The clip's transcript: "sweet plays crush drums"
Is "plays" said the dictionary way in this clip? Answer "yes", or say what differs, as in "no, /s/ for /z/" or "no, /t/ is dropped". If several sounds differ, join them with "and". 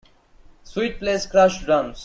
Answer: no, /s/ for /z/